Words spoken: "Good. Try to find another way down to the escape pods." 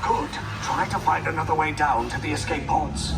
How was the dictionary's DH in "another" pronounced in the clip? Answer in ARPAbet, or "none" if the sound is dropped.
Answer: DH